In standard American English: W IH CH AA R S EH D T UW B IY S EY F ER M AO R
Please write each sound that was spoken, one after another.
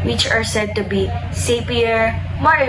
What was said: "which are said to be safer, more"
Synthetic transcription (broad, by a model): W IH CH AA R S EH D T UW B IY S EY P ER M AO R